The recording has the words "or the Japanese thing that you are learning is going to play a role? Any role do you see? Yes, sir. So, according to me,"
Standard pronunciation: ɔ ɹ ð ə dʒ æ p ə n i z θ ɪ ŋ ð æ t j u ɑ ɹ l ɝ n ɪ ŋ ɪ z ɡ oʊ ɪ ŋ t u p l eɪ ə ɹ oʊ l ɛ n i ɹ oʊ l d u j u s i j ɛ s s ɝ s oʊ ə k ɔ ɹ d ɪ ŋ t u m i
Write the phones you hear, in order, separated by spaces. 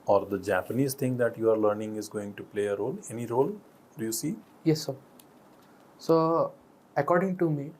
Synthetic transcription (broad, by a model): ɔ ɹ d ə dʒ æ p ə n i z t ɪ ŋ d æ t j u ɑ ɹ l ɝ n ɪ ŋ ɪ z ɡ oʊ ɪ ŋ t u p l eɪ ə ɹ oʊ l ɛ n i ɹ oʊ l d u j u s i j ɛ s s ɝ s oʊ ə k ɔ ɹ d ɪ ŋ t u m i